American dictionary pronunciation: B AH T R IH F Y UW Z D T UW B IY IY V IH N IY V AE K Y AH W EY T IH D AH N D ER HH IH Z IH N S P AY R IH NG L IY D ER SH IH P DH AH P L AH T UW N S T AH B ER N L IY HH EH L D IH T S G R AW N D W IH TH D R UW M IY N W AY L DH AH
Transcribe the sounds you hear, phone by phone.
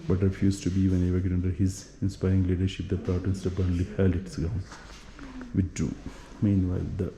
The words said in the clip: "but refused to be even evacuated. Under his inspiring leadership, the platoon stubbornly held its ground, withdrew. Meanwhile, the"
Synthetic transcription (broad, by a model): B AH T R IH F Y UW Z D T UW B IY IY V IH N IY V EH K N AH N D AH D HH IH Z IH N S P AY R IH NG L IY D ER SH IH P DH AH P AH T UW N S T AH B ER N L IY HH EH L IH T S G AW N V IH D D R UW M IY N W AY L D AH